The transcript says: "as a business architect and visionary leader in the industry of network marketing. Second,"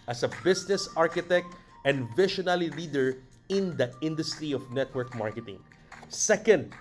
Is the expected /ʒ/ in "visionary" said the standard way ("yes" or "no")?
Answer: no